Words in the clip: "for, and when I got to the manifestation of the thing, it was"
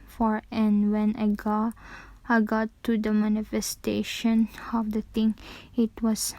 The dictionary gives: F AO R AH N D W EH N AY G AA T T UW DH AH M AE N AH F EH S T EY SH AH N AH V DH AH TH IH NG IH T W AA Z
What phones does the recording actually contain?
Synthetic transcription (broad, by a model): F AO R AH N W EH N AY G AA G T UW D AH M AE N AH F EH S T EY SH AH N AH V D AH T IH NG IH T W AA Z